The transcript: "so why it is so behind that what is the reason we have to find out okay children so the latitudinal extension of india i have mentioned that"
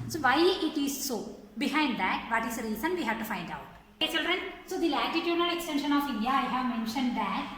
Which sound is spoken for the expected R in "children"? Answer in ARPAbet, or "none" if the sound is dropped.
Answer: R